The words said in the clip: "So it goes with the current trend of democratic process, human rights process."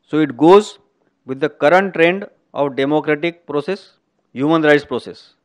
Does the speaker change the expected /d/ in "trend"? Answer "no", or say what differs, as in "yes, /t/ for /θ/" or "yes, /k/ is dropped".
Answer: no